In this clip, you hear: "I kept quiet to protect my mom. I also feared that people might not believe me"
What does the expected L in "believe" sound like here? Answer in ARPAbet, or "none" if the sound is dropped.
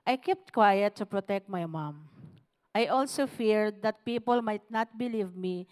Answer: L